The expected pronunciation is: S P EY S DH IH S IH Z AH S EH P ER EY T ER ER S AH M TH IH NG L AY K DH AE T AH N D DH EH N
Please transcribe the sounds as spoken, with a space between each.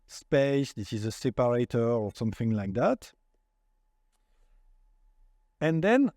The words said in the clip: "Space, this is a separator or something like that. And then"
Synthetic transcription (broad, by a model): S P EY S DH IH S IH Z AH S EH P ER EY T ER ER S AH M TH IH NG L AY K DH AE T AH N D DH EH N